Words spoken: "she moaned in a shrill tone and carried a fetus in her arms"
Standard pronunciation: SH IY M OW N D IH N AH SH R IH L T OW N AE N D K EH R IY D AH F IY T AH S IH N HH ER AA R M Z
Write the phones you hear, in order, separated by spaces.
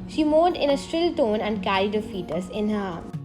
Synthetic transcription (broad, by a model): SH IY M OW D IH N AH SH R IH L T OW N AE N D K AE R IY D AH F IY T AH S IH N HH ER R